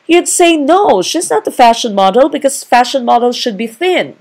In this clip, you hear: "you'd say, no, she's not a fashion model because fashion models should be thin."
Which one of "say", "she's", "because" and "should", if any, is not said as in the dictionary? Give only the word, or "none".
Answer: none